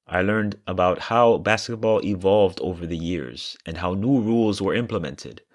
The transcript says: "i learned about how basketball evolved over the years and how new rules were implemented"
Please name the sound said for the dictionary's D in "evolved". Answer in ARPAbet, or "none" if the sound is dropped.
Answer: D